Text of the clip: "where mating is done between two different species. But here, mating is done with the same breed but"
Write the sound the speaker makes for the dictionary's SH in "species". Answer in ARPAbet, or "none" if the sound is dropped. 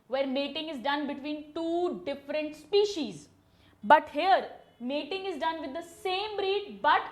SH